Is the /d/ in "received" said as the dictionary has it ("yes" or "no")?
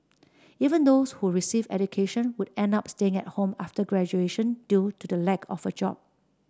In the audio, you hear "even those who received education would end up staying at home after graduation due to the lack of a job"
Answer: no